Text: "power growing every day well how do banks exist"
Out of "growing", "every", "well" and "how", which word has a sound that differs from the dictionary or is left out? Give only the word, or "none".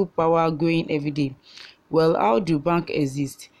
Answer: growing